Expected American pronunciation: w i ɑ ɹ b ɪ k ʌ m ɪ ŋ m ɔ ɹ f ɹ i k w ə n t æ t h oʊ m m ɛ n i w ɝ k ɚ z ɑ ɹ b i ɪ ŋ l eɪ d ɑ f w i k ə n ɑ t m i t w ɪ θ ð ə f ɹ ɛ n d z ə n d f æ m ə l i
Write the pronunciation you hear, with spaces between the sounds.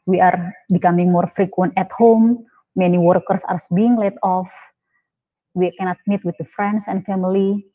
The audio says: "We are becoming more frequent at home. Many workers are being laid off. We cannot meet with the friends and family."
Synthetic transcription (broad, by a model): w i ɑ ɹ b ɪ k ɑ m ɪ ŋ m ɔ ɹ f ɹ i k w ə n t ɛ t h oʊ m m ɛ n i w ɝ k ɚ s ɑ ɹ b i ɪ ŋ l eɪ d ɑ f w i k ə n ɑ t m i t w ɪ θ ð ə f ɹ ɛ n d s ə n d f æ m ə l i